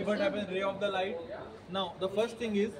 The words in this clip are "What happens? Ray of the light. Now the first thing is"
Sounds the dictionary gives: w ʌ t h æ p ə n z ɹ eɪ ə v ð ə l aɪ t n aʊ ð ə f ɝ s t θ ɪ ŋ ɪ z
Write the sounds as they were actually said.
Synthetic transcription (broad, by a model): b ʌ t h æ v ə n ɹ eɪ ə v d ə l aɪ t n aʊ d ə f ɝ s t t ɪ ŋ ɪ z